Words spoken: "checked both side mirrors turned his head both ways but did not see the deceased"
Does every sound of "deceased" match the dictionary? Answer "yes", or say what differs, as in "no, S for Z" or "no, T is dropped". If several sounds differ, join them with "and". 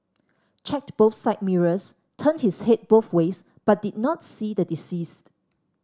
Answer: yes